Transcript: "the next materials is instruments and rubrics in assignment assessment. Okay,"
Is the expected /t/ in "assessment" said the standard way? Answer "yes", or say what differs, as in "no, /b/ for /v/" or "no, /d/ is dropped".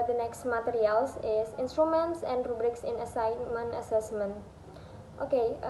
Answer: yes